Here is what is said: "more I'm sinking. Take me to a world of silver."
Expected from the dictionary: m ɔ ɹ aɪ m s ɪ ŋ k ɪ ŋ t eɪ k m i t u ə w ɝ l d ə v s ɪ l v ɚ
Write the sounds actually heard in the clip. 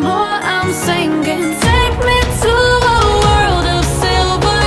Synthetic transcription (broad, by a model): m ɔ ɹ aɪ m s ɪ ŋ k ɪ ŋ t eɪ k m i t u ə w ɝ l d ə v s ɪ l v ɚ